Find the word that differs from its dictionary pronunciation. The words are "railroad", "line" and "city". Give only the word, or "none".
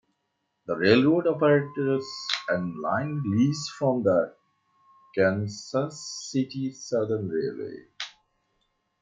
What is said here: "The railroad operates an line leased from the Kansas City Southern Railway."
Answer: none